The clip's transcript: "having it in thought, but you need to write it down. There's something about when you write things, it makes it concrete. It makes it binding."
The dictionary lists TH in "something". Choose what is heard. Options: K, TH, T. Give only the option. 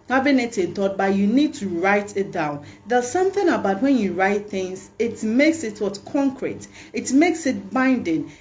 TH